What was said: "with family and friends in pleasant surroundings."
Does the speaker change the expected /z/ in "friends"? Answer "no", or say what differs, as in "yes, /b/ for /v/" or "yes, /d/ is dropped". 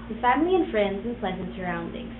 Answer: no